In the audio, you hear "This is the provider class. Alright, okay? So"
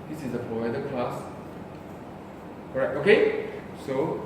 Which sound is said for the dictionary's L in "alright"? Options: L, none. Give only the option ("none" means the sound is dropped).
none